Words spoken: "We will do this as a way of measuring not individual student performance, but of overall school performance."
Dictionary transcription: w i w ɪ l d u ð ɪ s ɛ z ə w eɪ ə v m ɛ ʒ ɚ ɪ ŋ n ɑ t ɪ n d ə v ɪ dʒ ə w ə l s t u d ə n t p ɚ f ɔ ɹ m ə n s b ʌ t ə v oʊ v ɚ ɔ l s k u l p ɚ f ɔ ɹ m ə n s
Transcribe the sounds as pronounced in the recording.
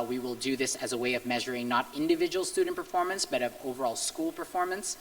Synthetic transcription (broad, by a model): w i w ɪ l d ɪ ð ɪ s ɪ z ə w eɪ ə v m ɛ ʒ ɚ ɪ ŋ n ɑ t ɪ n d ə v ɪ dʒ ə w l s t u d n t p ɚ f ɔ ɹ m ə n s b ʌ t ə v oʊ v ɚ ɔ l s k u l p ɚ f ɔ ɹ m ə n s